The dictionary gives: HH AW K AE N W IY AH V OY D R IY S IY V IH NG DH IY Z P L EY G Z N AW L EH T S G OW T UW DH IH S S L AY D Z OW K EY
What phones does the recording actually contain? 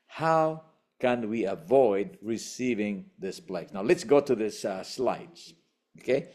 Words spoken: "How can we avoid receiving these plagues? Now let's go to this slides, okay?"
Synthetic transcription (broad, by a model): HH AW K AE N W IY AH V OY D R IY S IY V IH NG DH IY S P L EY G N AW L EH T S G OW T UW DH IH S S L AY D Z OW K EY